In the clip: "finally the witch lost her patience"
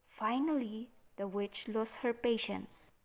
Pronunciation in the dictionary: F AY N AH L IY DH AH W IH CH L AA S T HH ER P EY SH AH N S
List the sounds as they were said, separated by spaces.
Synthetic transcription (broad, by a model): F AY N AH L IY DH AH W IH CH L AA S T HH ER P EY SH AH N S